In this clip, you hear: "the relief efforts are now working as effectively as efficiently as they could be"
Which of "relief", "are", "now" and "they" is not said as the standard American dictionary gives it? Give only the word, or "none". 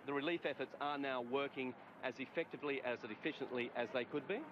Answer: none